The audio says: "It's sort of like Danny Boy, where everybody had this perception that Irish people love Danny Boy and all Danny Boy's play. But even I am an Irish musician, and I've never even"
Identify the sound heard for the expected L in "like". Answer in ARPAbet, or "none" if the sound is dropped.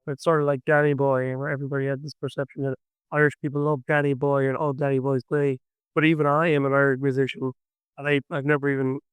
L